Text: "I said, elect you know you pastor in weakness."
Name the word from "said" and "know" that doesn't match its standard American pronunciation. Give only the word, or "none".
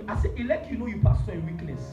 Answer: said